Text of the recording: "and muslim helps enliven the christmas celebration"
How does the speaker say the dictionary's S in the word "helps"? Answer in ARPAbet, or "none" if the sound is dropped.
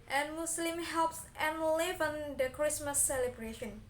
S